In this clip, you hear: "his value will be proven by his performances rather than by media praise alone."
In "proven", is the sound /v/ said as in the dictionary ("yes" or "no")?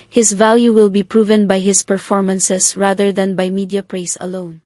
yes